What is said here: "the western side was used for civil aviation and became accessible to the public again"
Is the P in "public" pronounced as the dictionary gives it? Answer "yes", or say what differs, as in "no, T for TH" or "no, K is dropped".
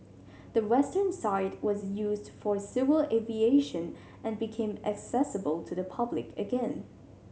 yes